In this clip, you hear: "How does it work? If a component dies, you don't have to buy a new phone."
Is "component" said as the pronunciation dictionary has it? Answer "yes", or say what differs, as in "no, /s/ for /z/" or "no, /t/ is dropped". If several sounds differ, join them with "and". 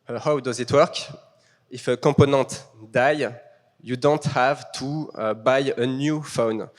no, /m/ is dropped and /n/ is dropped